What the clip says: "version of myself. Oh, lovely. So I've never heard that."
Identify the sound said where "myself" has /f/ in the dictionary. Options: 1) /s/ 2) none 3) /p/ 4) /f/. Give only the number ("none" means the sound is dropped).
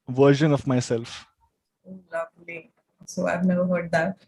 4